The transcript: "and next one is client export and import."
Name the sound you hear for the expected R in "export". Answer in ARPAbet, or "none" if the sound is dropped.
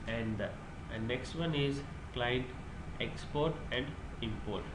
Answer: R